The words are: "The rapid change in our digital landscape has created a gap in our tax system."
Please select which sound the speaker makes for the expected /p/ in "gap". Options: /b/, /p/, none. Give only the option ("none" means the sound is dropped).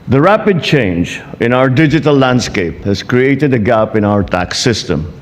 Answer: /p/